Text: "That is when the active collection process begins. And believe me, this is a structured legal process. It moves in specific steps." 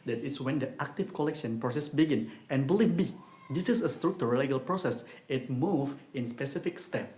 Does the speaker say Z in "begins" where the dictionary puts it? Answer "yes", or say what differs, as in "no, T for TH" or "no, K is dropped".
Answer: no, Z is dropped